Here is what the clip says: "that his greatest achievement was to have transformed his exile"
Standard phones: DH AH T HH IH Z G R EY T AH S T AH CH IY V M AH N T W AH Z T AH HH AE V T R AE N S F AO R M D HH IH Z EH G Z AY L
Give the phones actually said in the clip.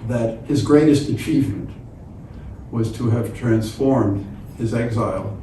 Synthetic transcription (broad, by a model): DH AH T HH IH Z G R EY T AH S T AH CH IY V M AH N T W AH Z T AH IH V T R AE N S F AO R M D HH IH Z EH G Z AY L